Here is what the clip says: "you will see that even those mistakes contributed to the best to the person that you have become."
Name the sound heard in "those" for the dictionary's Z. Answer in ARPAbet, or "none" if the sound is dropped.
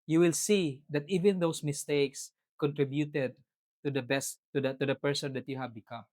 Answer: S